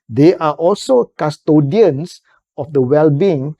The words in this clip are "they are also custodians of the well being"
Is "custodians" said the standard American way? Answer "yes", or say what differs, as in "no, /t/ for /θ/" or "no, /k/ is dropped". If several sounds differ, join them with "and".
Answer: no, /s/ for /z/